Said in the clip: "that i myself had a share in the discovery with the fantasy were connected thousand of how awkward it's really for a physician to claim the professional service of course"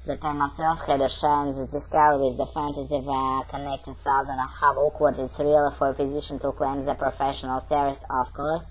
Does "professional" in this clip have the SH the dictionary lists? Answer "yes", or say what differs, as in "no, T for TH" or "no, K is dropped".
yes